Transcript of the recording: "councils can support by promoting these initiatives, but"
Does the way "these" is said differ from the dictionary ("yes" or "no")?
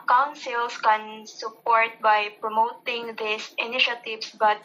yes